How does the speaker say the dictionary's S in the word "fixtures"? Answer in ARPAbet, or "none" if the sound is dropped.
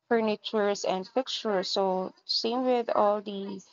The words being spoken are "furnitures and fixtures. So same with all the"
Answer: none